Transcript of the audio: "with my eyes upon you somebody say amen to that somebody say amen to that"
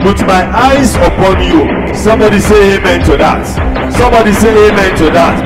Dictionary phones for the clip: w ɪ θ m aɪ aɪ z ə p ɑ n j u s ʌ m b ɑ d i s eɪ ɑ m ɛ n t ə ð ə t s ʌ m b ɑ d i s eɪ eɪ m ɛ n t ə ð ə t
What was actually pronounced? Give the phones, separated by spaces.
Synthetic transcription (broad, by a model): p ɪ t m aɪ aɪ z ə p ɑ n j u s ʌ m b ɑ d i s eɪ ɑ m ɛ n t ə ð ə t s ʌ m b ɑ d i s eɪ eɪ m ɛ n t ə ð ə t